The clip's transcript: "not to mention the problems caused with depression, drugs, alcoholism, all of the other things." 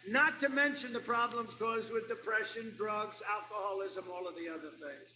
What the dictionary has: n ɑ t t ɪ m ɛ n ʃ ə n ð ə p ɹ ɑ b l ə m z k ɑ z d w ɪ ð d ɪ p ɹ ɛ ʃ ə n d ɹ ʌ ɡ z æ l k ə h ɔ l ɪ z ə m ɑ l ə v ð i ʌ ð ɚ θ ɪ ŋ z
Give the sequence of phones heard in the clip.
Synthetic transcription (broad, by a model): n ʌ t t ɪ m ɛ n ʃ ə n ð ə p ɹ ɑ b l ə m z k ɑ z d w ɪ ð d ɪ p ɹ ɛ ʃ ə n d ɹ ʌ ɡ z æ l k ə h ɔ l ɪ z ə m ɑ l ə v ð i ʌ ð ɚ θ ɪ ŋ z